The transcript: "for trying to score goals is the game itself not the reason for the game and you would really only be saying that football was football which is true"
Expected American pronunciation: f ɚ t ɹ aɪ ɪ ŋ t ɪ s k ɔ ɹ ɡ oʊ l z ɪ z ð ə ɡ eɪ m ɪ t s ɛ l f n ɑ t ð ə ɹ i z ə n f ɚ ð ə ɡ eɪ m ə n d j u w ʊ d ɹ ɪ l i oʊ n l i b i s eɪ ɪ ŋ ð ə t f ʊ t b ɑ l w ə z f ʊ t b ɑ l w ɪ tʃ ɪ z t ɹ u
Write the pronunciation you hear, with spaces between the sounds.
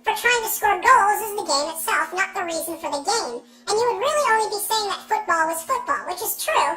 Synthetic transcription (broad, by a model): f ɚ t ɹ aɪ ɪ ŋ t ɪ s k ɔ ɹ ɡ oʊ l z ɪ z ð ə ɡ eɪ m ɪ t s ɛ l f n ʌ t ð ə ɹ i z ə n f ɚ ð ə ɡ eɪ m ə n j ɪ w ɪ d ɹ ɪ l i oʊ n l i b i s eɪ ɪ ŋ ð ə t f ʊ t b ɑ l w ə z f ʊ t b ɑ l w ɪ tʃ ɪ z t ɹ u